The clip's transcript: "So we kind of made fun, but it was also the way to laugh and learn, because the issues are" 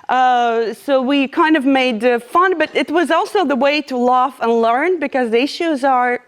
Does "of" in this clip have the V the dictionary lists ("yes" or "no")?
yes